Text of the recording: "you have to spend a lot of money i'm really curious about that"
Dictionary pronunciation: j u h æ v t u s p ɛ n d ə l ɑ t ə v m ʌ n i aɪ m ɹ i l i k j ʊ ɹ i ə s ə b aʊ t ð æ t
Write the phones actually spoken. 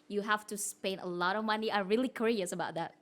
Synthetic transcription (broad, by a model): j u h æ f t u s p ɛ n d ə l ɑ t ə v m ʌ n i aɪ ɹ i l i k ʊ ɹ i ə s ə b aʊ t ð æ t